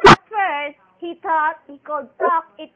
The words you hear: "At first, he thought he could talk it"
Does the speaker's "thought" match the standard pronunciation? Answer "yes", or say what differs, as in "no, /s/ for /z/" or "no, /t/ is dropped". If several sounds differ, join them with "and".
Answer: no, /t/ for /θ/